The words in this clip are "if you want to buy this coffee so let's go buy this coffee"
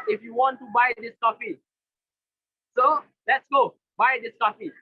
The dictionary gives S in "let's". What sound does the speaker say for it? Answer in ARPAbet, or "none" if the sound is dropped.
S